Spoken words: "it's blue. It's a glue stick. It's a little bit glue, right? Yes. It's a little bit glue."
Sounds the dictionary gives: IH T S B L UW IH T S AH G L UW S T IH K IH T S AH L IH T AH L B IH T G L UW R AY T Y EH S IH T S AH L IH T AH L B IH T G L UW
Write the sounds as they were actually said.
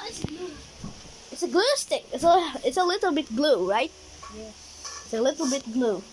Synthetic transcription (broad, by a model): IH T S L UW IH T S AH G L UW S T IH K IH T S AH L IH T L B IH T G L UW R AY T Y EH IH T S AH L IH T L B IH T G L UW